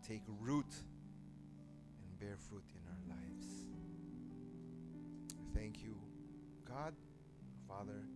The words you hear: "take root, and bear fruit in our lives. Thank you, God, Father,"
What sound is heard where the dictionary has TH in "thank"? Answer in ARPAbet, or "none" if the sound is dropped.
TH